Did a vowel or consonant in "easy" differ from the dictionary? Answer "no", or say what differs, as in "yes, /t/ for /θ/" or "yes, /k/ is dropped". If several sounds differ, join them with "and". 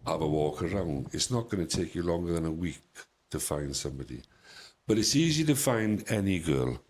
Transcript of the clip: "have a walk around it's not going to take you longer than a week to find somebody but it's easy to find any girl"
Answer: no